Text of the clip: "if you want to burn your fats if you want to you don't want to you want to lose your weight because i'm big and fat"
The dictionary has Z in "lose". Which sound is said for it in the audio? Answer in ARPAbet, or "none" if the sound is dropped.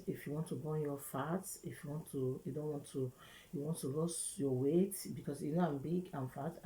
S